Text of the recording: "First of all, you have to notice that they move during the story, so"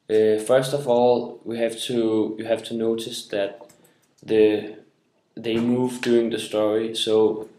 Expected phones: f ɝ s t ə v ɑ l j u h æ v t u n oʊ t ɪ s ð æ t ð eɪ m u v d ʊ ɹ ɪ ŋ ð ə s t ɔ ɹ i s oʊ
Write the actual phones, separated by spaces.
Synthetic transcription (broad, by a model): f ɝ s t ə v ɑ l j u h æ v t u n oʊ t ɪ s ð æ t ð eɪ m u v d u ɪ ŋ ð ə s t ɔ ɹ i s oʊ